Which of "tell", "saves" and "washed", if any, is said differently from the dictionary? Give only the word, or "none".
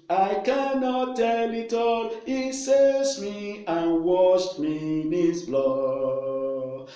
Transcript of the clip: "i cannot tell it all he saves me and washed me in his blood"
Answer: saves